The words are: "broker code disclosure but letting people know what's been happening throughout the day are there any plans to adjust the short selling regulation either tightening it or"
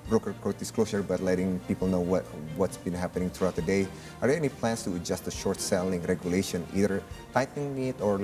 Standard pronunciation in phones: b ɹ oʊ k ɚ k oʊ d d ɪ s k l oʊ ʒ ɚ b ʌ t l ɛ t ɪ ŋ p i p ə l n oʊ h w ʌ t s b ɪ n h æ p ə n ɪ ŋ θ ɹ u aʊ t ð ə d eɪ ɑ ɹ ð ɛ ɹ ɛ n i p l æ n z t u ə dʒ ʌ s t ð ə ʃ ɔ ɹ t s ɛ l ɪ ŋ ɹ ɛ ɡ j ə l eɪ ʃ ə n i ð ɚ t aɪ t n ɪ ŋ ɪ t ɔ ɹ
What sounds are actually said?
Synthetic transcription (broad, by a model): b ɹ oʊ k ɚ k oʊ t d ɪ s k l oʊ s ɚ b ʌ t l ɛ t ɪ ŋ p i p ə l n oʊ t w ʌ t s b ɪ n h æ p ə n ɪ ŋ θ ɹ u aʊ t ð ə d eɪ ɑ ɹ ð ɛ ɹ ɛ n i p l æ n s t u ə dʒ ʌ s t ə ʃ ɔ ɹ t s ɛ l ɪ ŋ ɹ ɛ ɡ j ə l eɪ ʃ ə n i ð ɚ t aɪ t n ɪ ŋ ɪ t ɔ ɹ